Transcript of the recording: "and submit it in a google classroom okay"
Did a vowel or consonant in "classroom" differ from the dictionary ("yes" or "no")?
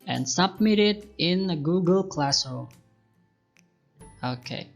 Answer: yes